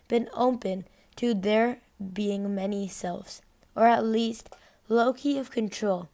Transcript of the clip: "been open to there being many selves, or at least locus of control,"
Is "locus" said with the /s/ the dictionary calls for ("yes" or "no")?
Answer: no